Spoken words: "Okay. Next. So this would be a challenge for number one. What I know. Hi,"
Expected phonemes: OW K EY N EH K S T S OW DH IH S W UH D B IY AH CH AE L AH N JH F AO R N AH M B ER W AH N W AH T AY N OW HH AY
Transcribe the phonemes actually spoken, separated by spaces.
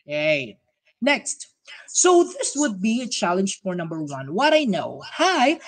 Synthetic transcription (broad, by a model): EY N EH K S T S OW DH IH S W UH D B IY AH CH AE L AH N JH F AO R N AH M B ER W AH N W AH T AY N OW HH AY